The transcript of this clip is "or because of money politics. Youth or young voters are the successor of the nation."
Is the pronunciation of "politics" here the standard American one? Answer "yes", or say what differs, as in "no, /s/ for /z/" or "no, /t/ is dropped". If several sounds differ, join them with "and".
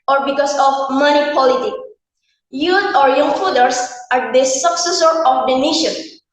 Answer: no, /s/ is dropped